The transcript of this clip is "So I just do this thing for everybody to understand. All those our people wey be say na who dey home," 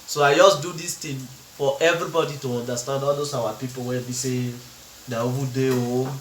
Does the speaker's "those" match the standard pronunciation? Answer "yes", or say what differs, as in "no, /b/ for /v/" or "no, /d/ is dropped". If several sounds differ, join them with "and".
no, /s/ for /z/